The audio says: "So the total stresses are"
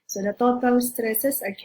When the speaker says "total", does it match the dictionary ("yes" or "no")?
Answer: no